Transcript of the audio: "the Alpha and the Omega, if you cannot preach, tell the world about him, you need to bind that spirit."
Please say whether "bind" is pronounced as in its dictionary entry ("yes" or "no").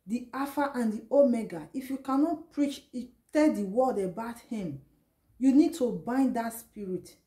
yes